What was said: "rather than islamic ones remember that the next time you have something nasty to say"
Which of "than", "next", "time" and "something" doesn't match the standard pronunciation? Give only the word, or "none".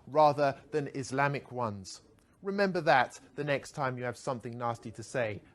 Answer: none